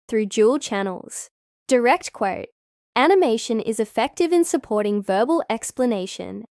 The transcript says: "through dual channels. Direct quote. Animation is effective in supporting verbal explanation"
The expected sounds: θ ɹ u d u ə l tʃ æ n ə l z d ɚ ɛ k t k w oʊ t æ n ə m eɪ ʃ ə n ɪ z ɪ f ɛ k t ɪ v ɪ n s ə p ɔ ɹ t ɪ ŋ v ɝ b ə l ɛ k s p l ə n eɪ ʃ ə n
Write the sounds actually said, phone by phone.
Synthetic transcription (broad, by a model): θ ɹ u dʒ u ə l tʃ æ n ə l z d ɚ ɛ k t k w oʊ t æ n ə m eɪ ʃ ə n ɪ z ɪ f ɛ k t ɪ v ɪ n s ə p ɔ ɹ t ɪ ŋ v ɝ b ə l ɛ k s p l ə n eɪ ʃ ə n